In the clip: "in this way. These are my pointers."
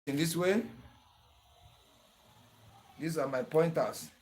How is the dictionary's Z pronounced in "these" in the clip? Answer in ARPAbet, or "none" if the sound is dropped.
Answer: S